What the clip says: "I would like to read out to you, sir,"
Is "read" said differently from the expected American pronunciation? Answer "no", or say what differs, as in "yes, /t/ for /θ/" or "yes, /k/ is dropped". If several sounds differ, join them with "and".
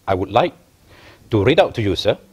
no